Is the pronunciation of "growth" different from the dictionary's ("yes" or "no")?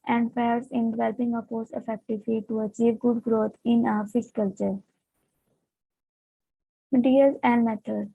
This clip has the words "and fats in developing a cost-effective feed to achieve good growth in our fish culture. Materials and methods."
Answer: yes